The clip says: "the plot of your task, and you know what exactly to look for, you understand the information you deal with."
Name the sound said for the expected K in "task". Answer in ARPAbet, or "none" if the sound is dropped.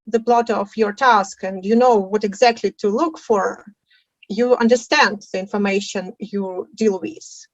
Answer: K